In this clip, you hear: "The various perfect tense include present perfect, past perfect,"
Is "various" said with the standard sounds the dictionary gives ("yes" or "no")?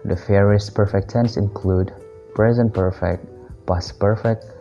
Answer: no